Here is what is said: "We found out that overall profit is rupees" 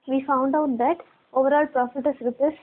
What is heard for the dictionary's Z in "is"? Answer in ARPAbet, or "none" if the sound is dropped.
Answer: S